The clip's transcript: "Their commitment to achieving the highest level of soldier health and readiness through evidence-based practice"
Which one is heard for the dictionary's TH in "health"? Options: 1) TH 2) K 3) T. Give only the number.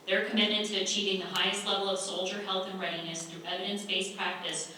1